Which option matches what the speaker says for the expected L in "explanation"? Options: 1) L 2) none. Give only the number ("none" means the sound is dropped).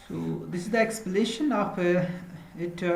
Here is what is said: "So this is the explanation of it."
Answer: 2